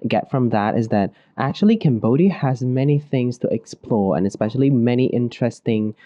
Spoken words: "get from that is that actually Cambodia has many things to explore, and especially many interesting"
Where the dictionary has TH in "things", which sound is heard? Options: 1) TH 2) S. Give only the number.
1